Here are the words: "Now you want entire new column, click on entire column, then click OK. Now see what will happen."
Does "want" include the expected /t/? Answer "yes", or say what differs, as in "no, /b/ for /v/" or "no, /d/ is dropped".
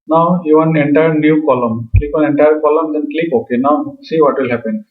no, /t/ is dropped